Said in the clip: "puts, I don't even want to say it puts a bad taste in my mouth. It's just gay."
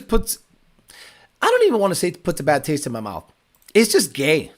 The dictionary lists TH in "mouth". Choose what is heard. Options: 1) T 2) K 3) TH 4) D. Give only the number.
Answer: 3